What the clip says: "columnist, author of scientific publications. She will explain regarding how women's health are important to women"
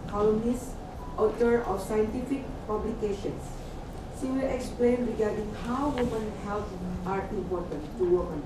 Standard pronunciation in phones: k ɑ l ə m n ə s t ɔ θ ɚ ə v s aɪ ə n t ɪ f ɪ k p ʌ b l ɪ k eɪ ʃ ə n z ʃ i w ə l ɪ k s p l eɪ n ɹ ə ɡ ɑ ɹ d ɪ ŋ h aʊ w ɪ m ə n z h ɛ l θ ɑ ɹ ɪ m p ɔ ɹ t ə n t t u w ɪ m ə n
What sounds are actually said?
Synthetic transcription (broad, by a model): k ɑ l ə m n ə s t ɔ t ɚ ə f s aɪ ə n t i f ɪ k p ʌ b l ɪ k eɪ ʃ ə n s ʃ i w ə l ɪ k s p l eɪ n ɹ ə ɡ ɑ ɹ d ɪ ŋ h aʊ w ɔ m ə n h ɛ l t ɑ ɹ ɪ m p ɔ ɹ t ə n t t u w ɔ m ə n